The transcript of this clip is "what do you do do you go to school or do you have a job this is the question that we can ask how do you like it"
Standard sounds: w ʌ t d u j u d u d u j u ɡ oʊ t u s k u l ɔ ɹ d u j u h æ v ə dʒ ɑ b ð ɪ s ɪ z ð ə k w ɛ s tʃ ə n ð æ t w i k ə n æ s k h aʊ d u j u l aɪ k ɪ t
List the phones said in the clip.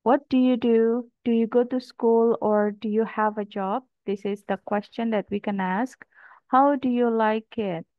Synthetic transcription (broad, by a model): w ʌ t d u j u d u d u j u ɡ oʊ t u s k u l ɔ ɹ d u j u h æ v ə dʒ ɑ b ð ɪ s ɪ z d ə k w ɛ s tʃ ə n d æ t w i k ə n æ s k h aʊ d u j u l aɪ k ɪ t